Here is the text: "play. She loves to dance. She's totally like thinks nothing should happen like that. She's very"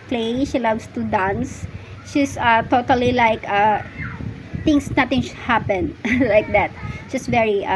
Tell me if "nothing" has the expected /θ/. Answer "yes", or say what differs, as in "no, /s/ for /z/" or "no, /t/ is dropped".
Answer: no, /t/ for /θ/